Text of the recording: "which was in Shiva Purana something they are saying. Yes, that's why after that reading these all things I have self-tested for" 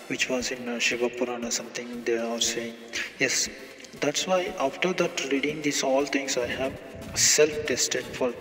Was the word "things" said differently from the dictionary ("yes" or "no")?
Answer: yes